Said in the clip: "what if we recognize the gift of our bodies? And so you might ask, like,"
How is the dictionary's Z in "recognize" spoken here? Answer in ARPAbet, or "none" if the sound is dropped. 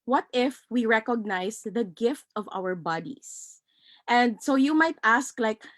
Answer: S